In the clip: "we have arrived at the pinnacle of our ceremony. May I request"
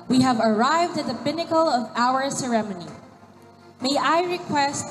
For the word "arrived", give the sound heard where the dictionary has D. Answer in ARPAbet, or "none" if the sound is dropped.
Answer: D